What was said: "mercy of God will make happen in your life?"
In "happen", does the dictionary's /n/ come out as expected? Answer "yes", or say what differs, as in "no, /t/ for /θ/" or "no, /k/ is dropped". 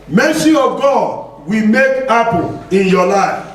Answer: no, /l/ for /n/